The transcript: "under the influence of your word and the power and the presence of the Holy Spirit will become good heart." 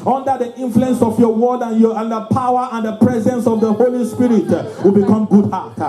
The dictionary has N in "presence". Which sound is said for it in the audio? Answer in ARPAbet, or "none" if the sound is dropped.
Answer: N